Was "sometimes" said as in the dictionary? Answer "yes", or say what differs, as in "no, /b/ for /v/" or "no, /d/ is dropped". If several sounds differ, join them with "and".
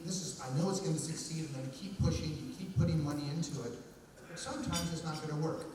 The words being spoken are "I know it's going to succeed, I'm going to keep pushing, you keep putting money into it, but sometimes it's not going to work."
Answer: yes